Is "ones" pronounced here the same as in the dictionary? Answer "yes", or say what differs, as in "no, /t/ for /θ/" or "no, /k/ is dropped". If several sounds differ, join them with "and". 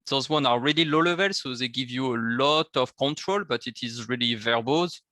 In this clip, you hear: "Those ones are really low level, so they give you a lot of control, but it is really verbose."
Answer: no, /z/ is dropped